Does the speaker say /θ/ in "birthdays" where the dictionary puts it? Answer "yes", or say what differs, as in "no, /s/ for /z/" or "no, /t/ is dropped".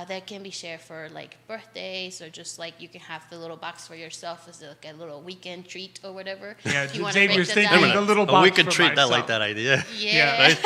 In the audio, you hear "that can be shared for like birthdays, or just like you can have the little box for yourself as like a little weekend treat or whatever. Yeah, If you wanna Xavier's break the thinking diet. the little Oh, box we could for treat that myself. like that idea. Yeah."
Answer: yes